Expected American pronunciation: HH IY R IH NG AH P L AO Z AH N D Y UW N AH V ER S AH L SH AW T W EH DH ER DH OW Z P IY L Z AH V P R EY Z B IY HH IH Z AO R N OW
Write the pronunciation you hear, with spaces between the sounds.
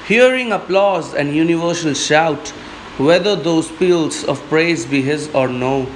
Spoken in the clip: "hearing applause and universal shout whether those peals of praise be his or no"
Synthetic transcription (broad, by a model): HH IY R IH NG AH P L AO Z AH N D Y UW N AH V ER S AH L SH AW T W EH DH ER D OW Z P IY L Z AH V P R EY Z B IY HH IH Z AO R N OW